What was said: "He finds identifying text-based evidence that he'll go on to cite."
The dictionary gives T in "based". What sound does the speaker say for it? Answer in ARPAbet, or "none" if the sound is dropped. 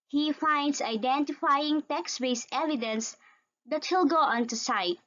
none